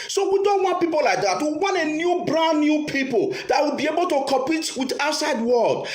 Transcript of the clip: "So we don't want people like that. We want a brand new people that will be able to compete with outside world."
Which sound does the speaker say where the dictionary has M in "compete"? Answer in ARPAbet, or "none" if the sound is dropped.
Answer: none